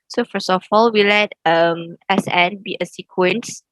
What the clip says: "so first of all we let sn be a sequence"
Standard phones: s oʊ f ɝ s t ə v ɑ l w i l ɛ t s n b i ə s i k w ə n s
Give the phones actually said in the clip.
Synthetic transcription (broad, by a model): s oʊ f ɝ s ə f ɑ l w i l ɛ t s n b i ə s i k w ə n s